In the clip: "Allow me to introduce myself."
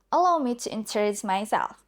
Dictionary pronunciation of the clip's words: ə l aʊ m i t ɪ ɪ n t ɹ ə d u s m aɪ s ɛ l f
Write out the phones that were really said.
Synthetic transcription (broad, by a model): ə l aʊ m i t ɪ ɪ n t ə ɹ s m aɪ s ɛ l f